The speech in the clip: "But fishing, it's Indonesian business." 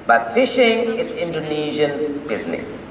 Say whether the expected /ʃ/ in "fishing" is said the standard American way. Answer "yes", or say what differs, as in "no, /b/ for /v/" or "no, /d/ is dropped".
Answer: yes